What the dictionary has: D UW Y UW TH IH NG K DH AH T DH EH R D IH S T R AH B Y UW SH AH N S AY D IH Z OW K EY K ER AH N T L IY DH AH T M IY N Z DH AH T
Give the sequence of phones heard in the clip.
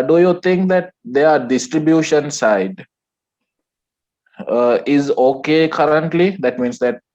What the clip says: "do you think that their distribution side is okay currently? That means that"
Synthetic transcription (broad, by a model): D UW Y UW T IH NG K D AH T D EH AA D IH S T R AH B Y UW SH AH N S AY D IH Z OW K EY K ER AH N T L IY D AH T M IY N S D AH T